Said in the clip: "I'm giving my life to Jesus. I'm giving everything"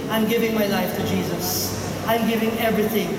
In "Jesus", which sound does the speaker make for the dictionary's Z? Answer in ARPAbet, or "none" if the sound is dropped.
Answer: Z